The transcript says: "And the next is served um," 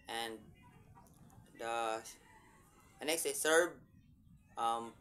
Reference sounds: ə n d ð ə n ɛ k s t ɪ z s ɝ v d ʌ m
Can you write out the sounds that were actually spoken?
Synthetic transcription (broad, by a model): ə n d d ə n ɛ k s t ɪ s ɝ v ʌ m